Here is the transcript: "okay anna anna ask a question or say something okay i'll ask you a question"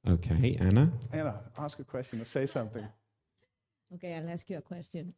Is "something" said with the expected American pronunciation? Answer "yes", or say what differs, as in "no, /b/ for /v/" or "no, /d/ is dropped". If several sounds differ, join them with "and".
yes